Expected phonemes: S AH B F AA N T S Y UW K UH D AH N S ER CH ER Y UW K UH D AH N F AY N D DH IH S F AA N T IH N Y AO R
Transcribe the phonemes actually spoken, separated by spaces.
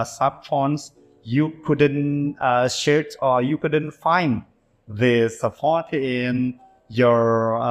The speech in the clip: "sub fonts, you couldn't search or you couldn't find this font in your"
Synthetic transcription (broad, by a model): S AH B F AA N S Y UW K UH D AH N SH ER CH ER Y UW K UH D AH N F AY N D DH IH S P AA T IH N Y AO R